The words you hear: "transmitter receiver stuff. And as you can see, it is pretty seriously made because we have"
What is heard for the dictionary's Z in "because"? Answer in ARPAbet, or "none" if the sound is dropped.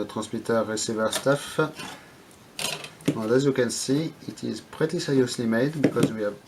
Z